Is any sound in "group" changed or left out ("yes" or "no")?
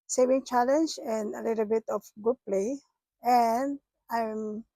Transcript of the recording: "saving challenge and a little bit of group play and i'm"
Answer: yes